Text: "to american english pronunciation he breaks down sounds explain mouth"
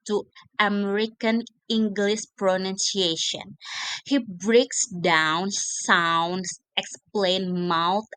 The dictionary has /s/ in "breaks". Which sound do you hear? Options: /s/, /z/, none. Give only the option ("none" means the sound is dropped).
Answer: /s/